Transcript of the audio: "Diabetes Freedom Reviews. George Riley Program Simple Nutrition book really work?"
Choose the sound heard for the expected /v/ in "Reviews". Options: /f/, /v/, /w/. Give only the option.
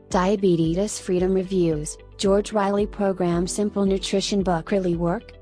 /v/